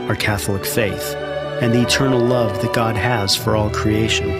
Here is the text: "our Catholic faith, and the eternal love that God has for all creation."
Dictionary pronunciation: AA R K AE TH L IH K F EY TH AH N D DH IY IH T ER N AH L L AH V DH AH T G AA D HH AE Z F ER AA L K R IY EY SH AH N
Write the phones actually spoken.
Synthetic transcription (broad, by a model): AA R K AE TH L IH K F EY TH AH N DH IY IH T ER N L L AH V DH AH T G AA D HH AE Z F ER AA L K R IY EY SH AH N